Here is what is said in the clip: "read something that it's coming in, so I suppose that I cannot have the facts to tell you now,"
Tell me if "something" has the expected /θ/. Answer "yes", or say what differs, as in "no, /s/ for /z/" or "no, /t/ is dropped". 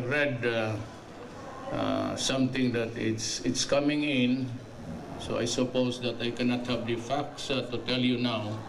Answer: no, /t/ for /θ/